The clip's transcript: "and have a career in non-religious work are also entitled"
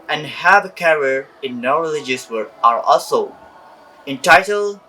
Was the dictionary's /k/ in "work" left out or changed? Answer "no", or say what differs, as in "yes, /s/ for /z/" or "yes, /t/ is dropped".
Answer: yes, /k/ is dropped